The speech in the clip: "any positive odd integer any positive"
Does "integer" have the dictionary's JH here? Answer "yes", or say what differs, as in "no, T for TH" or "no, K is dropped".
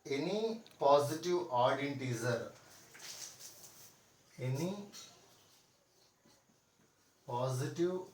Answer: no, Z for JH